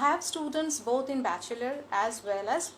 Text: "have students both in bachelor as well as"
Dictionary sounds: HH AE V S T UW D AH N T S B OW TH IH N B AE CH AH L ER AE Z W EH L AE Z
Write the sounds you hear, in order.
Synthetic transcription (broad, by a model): HH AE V S T UW D AH N T S B OW T IH N B AE CH AH L ER AE Z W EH L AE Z